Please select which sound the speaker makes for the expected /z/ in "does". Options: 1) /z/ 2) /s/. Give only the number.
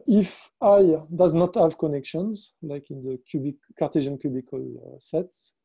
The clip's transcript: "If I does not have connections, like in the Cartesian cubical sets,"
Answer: 1